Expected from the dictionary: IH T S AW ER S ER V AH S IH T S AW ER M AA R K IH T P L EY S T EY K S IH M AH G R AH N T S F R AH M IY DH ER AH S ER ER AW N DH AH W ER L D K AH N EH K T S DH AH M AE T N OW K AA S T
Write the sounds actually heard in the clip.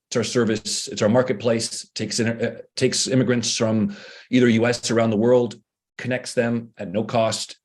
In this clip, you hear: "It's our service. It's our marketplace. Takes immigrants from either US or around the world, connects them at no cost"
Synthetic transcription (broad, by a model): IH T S AW ER S ER V AH S IH T S AW ER M AA R K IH T P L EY S T EY K S IH M AH G R AH N T S F R AH M IY DH ER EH S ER ER AW N DH AH W ER L D K AH N EH K T S DH AH M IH T N OW K AA S T